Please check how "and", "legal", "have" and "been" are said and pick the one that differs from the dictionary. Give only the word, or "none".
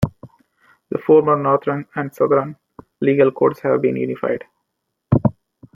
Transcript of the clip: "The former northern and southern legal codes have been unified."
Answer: none